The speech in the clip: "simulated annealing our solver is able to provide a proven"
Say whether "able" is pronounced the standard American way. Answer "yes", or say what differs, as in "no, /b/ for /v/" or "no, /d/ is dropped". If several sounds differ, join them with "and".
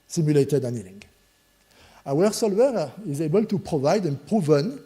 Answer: yes